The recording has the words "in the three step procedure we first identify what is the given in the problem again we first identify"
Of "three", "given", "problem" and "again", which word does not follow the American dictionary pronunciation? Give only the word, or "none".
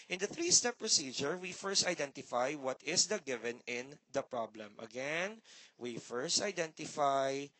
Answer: none